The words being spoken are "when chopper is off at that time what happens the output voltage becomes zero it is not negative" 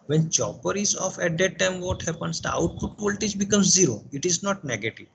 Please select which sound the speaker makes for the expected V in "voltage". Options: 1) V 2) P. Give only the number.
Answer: 2